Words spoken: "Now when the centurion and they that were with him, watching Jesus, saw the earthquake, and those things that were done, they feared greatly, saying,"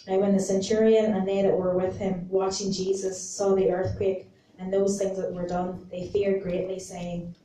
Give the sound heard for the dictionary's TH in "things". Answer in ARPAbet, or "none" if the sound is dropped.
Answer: TH